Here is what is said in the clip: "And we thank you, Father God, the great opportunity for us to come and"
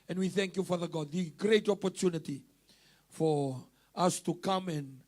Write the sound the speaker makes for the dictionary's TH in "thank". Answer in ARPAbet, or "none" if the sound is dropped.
TH